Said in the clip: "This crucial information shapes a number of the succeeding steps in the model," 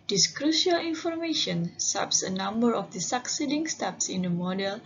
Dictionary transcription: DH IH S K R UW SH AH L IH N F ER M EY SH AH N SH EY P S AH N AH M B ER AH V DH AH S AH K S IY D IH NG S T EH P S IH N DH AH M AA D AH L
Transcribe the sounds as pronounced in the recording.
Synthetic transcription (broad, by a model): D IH S K R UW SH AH L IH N F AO M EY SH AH N S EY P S AH N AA M B ER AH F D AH S AH K S IY D IH NG S T EH P S IH N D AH M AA D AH L